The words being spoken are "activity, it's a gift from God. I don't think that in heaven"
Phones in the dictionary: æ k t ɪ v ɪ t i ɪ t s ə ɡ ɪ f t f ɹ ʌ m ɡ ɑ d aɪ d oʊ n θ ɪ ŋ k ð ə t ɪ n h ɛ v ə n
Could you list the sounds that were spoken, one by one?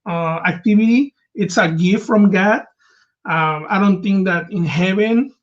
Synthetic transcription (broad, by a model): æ k t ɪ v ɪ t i ɪ t s ə ɡ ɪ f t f ɹ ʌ m ɡ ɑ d aɪ d oʊ n t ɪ ŋ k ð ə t ɪ n h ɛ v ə n